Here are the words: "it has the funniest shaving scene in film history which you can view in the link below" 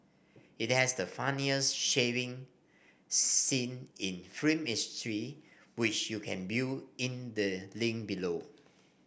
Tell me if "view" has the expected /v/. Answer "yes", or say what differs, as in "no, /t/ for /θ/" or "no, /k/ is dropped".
no, /b/ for /v/